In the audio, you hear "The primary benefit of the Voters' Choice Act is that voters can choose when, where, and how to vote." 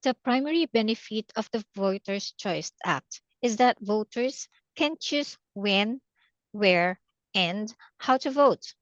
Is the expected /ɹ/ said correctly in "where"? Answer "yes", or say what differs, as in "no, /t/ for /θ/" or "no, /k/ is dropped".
yes